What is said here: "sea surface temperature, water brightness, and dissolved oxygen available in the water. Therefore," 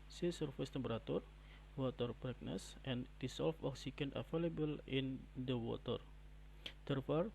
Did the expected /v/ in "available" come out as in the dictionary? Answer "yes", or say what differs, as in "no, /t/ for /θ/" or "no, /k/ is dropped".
no, /f/ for /v/